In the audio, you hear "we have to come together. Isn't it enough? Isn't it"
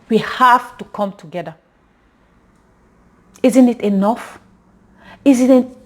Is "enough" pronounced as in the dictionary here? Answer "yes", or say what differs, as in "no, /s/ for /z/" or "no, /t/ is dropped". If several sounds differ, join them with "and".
yes